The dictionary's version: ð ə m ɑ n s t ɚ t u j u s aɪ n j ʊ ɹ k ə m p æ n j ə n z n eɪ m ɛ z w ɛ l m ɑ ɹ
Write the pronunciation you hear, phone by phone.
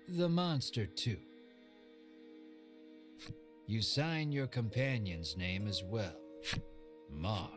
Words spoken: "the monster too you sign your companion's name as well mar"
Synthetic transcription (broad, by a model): ð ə m ɑ n s t ɚ t u j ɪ s aɪ n j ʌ ɹ k ə m p æ n j ə n z n eɪ m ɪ z w ɛ l m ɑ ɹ